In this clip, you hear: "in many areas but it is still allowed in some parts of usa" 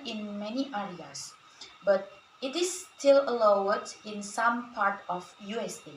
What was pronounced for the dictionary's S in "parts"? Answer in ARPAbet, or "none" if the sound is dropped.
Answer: none